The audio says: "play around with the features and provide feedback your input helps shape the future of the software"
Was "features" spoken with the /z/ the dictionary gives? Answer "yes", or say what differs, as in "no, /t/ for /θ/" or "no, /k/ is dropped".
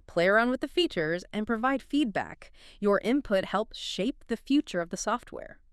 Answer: yes